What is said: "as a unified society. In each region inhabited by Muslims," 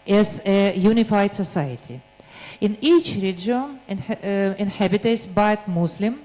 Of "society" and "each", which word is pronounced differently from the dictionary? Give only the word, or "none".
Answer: none